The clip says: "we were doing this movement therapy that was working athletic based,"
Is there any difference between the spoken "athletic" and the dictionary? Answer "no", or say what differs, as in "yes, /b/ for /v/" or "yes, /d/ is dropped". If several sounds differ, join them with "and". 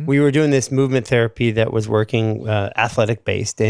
no